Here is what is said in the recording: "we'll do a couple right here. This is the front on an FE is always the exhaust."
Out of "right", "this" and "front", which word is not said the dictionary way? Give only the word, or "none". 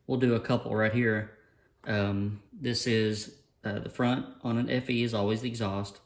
none